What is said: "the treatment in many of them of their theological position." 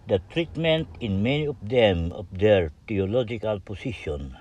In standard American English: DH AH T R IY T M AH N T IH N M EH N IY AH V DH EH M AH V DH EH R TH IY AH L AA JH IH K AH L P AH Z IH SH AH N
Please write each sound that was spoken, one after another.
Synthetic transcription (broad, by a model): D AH T R IY T M AH N T IH N M EH N IY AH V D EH M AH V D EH R T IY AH L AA JH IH K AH L P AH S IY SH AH N